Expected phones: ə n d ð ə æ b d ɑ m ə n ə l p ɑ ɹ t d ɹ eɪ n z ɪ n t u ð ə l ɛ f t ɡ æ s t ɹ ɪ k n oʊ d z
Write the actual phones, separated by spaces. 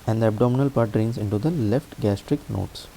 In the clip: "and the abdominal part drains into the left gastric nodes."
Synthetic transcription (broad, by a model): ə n d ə æ b d ɑ m ə n ə l p ɑ ɹ t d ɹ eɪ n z ɪ n t u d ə l ɛ f t ɡ æ s t ɹ ɪ k n oʊ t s